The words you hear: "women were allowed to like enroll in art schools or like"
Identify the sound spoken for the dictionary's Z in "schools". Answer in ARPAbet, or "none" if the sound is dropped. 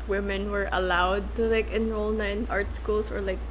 S